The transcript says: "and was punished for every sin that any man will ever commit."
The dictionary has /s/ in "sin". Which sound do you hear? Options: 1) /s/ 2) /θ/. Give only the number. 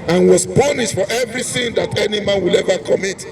2